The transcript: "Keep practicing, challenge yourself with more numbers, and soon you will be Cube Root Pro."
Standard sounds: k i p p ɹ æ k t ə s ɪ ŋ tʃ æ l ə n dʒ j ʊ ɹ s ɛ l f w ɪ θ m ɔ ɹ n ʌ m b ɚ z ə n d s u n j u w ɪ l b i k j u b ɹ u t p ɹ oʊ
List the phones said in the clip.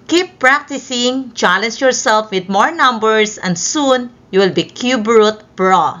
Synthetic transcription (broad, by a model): k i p p ɹ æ k t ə s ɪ ŋ tʃ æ l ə n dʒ j ʊ ɹ s ɛ l f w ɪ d m ɔ ɹ n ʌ m b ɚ s ə n d s u n j u w ɪ l b i k j u b ɹ u t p ɹ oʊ